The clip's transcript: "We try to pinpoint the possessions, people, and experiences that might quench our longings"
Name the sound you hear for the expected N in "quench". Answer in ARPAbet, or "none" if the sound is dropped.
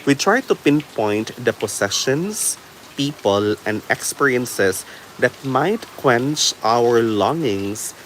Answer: N